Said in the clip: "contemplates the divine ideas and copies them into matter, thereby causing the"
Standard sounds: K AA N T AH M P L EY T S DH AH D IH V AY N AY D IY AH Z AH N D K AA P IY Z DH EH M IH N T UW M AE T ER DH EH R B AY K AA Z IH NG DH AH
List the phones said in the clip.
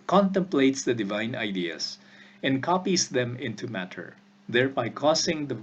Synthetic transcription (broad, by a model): K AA N T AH M P L EY T S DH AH D IH V AY N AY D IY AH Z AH N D K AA P IY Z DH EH M IH N T UW M AE T ER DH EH R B AY K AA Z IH NG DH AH